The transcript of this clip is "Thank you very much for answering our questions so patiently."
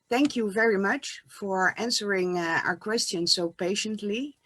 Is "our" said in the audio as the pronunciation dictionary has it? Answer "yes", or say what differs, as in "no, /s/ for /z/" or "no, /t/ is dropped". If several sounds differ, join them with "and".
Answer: yes